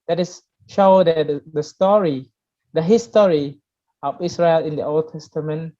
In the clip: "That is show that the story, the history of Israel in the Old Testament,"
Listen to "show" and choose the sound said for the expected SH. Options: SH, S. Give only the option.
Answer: SH